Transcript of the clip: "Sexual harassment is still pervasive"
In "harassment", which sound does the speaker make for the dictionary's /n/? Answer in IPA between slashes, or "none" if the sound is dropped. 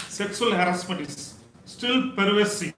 none